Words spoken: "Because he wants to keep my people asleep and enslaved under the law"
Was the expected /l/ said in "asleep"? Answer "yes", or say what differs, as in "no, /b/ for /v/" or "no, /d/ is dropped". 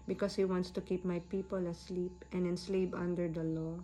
yes